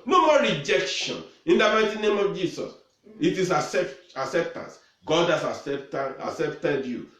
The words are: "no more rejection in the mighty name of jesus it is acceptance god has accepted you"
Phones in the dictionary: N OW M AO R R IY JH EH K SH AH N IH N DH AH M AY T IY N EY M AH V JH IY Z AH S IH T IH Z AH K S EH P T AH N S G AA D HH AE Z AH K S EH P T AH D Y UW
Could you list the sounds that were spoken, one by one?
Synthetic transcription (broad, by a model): N OW M AO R R IY JH EH K SH AH N IH N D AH M AY T IY N EY M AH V JH IY S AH S IH T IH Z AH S S EH P T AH N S G AA D HH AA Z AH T S EH P T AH D Y UW